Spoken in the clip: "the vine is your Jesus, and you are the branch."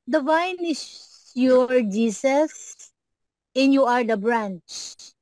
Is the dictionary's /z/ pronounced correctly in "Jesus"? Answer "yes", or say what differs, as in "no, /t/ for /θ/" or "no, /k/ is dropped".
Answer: no, /s/ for /z/